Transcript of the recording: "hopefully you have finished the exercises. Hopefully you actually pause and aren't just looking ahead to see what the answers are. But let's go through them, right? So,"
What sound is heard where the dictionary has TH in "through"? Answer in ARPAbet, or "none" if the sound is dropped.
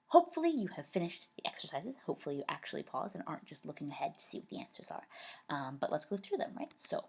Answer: TH